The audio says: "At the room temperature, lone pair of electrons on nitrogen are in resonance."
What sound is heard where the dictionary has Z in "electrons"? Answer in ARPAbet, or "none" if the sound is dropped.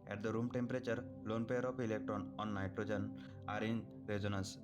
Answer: none